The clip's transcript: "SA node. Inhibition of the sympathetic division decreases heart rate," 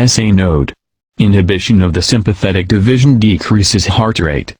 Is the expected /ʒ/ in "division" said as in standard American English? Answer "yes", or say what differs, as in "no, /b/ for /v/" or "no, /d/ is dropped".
yes